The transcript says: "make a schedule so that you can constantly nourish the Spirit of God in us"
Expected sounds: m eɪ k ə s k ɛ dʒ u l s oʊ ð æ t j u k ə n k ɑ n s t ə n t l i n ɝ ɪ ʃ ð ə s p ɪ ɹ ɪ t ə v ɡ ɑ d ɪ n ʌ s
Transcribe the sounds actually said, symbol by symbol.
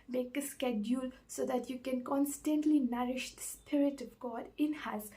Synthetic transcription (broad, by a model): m eɪ k ə s k ɛ dʒ u l s oʊ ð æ t j u k ə n k ɑ n s t ə n t l i n ɝ ɪ ʃ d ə s p ɪ ɹ ɪ t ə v ɡ ɑ d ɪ n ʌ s